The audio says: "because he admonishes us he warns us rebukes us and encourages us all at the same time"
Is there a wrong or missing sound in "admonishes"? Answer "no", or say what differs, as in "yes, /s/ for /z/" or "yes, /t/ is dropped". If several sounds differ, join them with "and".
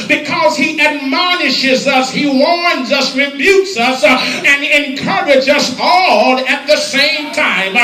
no